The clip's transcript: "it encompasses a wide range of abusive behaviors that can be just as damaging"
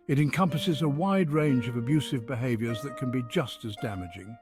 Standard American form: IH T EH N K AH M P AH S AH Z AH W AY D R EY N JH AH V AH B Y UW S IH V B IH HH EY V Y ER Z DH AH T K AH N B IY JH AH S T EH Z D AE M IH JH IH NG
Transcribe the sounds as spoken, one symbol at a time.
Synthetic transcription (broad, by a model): IH T EH N K AH M P AH S AH Z AH W AY D R EY N JH AH V AH B Y UW S IH V B IH HH EY V Y ER Z DH AH T K AH N B IY JH AH S T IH Z D AE M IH JH IH NG